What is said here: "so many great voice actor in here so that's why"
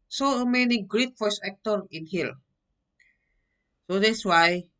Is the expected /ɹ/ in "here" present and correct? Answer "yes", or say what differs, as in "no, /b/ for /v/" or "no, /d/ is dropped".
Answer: no, /l/ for /ɹ/